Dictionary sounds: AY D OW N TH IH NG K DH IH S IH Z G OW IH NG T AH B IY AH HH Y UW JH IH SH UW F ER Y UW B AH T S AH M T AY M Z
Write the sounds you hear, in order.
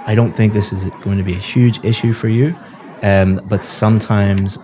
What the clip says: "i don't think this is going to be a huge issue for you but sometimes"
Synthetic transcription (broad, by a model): AY D OW N TH IH NG K DH IH S IH Z G OW IH NG T AH B IY AH HH Y UW JH IH SH UW F ER Y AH B AH T S AH M T AY M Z